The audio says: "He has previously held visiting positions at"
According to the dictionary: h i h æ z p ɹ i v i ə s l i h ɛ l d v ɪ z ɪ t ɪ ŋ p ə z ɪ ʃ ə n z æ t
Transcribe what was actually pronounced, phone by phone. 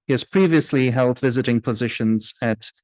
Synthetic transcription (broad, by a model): h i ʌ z p ɹ i v i ə s l i h ɛ l d v ɪ z ɪ t ɪ ŋ p ə z ɪ ʃ ə n z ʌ t